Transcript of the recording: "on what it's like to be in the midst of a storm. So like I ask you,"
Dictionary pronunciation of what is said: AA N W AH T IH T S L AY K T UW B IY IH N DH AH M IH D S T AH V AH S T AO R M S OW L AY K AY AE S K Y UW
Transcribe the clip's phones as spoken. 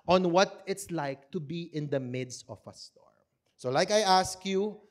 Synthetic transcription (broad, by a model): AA N W AH T IH T S L AY K T UW B IY IH N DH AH M IH D S T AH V AH S T AO R M S OW L AY K AY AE S K Y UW